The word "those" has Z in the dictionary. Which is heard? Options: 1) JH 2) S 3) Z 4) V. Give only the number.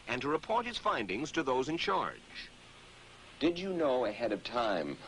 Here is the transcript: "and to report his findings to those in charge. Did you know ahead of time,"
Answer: 3